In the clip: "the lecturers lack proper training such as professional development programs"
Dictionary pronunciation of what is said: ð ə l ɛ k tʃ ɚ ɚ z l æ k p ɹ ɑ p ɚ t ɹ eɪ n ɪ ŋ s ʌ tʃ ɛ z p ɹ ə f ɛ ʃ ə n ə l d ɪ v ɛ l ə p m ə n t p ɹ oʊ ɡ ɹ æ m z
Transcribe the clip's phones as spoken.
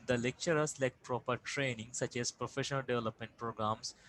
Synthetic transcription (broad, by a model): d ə l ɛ k tʃ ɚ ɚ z l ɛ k p ɹ ɑ p ɚ t ɹ eɪ n ɪ ŋ s ʌ tʃ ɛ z p ɹ ə f ɛ ʃ ə n ə l d ɪ v ɛ l ə p m ə n t p ɹ oʊ ɡ ɹ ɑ m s